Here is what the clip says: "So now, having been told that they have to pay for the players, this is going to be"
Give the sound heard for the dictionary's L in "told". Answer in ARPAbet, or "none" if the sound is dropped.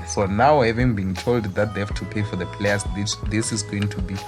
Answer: L